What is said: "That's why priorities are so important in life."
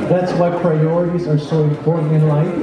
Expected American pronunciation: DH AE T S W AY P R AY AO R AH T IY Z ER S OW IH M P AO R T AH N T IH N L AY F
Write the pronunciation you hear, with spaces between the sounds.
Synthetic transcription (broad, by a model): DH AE T S W AY P R AY AO R AH T IY Z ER S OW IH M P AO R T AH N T IH N L AY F